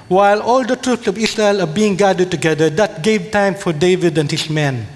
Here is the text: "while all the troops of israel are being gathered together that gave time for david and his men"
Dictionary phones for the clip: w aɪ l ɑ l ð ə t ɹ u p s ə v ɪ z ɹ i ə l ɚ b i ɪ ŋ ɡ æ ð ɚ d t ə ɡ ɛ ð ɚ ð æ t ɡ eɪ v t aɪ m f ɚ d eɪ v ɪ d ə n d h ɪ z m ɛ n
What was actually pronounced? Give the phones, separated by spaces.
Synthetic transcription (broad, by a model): w aɪ l ɑ l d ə t ɹ u p s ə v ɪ s ɹ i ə l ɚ b i ɪ ŋ ɡ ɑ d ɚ d t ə ɡ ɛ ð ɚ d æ t ɡ eɪ v t aɪ m f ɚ d eɪ v ɪ d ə n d h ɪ s m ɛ n